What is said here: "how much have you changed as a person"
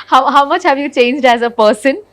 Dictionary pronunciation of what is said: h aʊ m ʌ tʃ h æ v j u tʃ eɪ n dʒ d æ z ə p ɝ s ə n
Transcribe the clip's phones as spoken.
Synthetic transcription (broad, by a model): h aʊ m ʌ tʃ h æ v j u tʃ eɪ n dʒ d æ z ə p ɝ s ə n